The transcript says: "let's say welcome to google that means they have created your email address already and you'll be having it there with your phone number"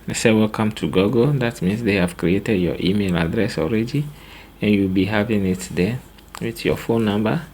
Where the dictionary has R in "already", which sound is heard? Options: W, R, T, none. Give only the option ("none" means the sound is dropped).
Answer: R